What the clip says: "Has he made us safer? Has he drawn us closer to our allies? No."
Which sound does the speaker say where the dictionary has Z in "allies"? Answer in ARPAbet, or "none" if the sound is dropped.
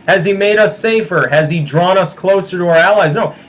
Z